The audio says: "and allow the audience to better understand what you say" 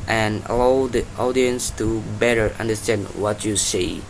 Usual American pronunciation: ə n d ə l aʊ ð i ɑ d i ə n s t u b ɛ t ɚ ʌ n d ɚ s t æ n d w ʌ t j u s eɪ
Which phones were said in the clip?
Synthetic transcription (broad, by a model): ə n ə l aʊ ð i ɑ d i ə n s t u b ɛ t ɚ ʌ n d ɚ s t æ n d w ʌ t j u s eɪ